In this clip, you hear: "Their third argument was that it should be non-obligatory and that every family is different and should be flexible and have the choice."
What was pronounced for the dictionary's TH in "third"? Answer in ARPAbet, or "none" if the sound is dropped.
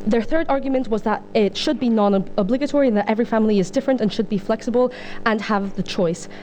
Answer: TH